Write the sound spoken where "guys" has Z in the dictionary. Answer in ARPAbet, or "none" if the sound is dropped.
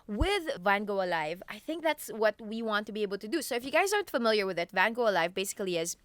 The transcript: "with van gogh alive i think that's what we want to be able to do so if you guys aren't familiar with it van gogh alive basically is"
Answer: Z